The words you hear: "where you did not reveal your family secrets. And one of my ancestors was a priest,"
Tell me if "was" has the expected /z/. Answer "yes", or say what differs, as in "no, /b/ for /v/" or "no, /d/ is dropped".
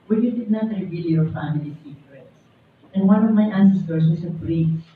no, /s/ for /z/